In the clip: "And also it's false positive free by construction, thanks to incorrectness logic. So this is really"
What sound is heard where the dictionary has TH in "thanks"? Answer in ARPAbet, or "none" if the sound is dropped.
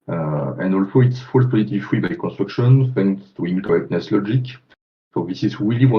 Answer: F